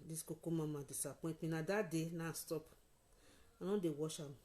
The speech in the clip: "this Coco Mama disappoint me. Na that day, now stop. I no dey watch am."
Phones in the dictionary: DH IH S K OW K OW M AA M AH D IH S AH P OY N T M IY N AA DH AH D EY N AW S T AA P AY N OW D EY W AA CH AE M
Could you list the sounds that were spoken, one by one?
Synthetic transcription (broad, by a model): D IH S K OW K OW M AA M AH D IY S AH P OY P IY N AA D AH D EY N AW S T AA P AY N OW D EY W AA SH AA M